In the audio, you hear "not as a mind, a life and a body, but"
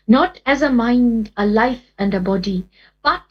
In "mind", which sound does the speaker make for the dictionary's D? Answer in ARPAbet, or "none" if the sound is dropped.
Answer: D